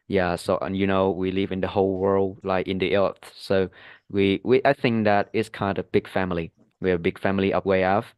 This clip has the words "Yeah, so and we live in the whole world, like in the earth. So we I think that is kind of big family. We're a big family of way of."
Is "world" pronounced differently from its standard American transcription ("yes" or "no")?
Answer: no